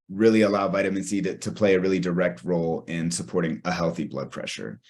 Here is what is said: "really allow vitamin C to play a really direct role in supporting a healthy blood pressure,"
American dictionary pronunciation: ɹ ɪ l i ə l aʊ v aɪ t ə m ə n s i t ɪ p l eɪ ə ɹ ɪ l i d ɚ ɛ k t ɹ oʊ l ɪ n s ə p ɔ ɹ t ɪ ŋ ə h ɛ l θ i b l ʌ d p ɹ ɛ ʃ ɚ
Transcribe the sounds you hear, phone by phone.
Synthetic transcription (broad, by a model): ɹ ɪ l i ə l aʊ v aɪ t ə m ə n s i t ɪ p l eɪ ə ɹ ɪ l i d ɚ ɛ k t ɹ oʊ l ɪ n s ə p ɔ ɹ t ɪ ŋ ə h ɛ l θ i b l ʌ d p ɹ ɛ ʃ ɚ